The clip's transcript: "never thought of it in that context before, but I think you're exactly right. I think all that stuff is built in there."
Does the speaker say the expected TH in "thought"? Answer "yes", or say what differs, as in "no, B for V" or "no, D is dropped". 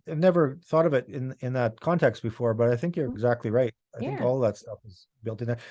yes